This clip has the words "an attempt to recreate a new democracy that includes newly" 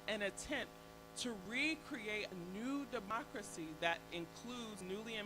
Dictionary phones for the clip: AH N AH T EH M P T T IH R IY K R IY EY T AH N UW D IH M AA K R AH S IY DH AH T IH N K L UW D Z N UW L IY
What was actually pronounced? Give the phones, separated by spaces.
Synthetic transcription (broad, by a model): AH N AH T EH M P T T IH R IY K R IY EY T AH N UW D IH M AA K R AH S IY DH AH T IH N K L UW D Z N UW L IY